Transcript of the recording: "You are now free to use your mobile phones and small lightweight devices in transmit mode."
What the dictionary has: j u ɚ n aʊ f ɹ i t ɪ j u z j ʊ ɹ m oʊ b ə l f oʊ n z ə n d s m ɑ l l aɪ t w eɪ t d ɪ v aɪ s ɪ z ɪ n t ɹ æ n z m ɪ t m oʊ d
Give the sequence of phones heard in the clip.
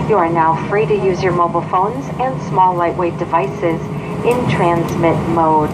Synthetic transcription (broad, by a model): j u ɚ n aʊ f ɹ i t ɪ j u z j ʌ ɹ m oʊ b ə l f oʊ n z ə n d s m ɑ l l aɪ t w eɪ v d ɪ v aɪ s ɪ z ɪ n t ɹ æ n z m ɪ t m oʊ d